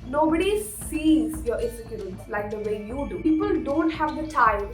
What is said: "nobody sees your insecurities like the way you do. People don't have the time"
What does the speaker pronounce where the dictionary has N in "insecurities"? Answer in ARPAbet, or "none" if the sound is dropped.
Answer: none